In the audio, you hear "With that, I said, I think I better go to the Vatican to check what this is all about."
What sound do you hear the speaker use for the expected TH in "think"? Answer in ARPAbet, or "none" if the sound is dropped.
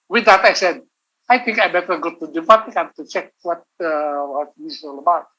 T